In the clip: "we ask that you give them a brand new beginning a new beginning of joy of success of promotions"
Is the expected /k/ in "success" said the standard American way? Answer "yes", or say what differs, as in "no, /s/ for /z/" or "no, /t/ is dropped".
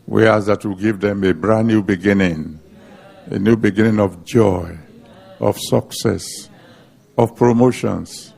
yes